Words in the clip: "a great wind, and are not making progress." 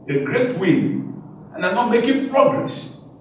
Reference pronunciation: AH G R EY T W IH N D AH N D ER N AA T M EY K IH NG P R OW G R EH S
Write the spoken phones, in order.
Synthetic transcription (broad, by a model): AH G R EY T W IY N AH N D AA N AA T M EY K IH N P R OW G R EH S